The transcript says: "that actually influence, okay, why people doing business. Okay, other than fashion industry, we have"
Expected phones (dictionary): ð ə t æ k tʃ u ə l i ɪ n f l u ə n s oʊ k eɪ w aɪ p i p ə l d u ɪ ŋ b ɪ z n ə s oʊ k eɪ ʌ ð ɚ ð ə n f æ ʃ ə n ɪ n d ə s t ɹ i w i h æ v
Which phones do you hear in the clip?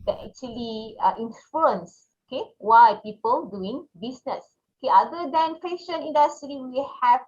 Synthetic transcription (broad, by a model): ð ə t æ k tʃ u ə l i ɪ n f u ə n s oʊ k eɪ w aɪ p i p ə l d u ɪ ŋ b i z n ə s oʊ k eɪ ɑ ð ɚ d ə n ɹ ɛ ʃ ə n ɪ n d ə s t ɹ i w i h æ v